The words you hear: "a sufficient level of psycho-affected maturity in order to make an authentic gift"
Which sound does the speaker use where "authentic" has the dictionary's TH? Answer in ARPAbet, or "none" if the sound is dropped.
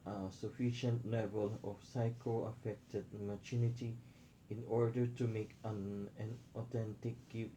T